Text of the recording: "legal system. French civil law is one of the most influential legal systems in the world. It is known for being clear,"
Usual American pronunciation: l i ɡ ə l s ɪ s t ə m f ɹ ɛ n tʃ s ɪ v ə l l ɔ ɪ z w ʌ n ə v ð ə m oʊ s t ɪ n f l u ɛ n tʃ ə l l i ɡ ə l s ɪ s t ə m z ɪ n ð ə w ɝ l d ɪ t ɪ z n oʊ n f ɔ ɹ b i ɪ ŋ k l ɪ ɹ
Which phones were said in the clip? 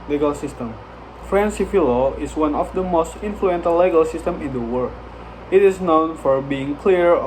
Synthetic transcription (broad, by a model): l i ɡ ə l s ɪ s t ə m f ɹ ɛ n s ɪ f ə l l ɔ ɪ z w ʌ n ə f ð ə m oʊ s t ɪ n f l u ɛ n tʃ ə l l i ɡ ə l s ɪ s t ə m ɪ n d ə w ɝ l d ɪ t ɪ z n oʊ n f ɔ ɹ b i ɪ ŋ k l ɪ ɹ